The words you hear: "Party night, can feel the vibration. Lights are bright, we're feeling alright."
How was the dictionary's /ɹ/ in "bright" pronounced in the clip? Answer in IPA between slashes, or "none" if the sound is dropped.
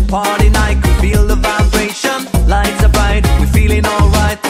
none